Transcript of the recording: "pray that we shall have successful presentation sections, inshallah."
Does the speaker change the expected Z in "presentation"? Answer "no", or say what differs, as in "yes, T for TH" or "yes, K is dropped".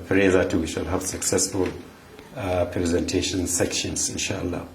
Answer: no